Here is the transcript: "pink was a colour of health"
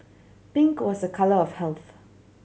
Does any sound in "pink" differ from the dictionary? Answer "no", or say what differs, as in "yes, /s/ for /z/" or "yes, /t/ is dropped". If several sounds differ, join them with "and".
yes, /b/ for /p/